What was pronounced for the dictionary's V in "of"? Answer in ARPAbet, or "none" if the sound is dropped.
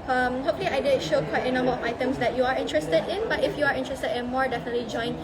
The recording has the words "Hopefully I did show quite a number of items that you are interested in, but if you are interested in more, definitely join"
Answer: F